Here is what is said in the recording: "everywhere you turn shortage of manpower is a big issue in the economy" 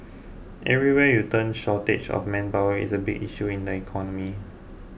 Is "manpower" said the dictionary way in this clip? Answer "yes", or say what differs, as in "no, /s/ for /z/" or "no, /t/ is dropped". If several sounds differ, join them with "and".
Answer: no, /b/ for /p/